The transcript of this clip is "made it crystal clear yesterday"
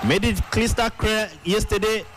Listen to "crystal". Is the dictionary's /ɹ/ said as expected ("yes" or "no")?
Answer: no